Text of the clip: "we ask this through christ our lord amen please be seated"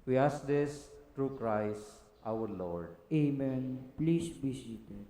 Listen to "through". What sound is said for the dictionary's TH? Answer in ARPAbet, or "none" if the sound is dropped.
T